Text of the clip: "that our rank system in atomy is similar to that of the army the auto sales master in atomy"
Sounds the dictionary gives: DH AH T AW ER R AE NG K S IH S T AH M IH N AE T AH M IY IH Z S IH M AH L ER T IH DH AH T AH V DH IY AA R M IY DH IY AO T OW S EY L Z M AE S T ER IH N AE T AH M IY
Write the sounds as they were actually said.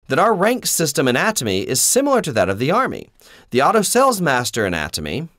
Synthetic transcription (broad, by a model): DH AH T AW ER R AE NG K S IH S T AH M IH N AE T AH M IY IH Z S IH M L ER T IH DH AH T AH V DH IY AA R M IY DH IY AO T OW S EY L Z M AE S T ER IH N AE T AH M IY